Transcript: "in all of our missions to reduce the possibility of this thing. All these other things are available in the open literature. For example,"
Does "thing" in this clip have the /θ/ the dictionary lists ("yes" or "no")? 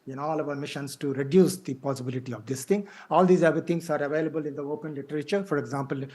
no